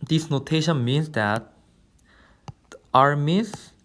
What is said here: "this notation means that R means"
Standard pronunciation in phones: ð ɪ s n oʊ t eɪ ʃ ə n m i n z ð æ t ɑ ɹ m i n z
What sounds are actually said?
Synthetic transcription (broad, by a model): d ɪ s n oʊ t eɪ ʃ ə n m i n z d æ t ɑ ɹ m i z